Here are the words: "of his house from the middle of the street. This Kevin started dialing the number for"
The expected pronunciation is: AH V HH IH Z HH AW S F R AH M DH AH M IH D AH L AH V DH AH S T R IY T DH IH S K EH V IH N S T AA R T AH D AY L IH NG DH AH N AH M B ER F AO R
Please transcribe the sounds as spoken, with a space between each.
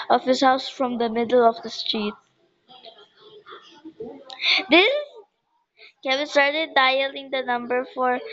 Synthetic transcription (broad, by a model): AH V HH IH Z HH AW S F R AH M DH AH M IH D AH L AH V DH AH S T R IY T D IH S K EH B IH S T AA R T AH D AY L IH NG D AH N AH M B ER F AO R